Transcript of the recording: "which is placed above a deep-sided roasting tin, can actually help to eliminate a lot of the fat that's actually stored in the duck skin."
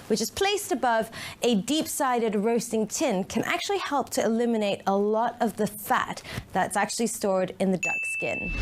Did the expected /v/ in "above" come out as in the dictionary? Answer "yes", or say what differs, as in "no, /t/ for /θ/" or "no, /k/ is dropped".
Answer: yes